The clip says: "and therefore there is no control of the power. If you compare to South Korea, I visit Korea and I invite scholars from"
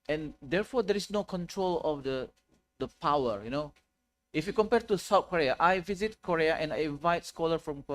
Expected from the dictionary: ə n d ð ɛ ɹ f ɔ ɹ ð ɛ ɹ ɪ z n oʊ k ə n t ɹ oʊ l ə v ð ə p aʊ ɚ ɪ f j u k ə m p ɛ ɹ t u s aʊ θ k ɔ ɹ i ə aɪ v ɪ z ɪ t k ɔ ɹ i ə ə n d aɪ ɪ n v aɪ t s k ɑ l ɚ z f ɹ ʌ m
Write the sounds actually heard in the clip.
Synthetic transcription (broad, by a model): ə n d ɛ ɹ f ɔ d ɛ ɹ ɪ s n oʊ k ə n t ɹ oʊ l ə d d ə p aʊ ɚ ɪ f j u k ə m p ɛ ɹ t u s aʊ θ k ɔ ɹ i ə aɪ v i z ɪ t k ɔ ɹ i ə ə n aɪ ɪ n v aɪ t s k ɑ l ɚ f ɹ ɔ m